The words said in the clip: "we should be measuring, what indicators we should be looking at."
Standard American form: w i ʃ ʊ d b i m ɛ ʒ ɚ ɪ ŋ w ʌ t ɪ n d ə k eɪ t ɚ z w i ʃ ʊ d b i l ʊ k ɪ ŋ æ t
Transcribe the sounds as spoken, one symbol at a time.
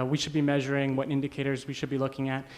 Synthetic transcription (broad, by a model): w i ʃ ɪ d b i m ɛ ʒ ɚ ɪ ŋ w ʌ t ɪ n d ə k eɪ t ɚ z w i ʃ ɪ d b i l ʊ k ɪ ŋ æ t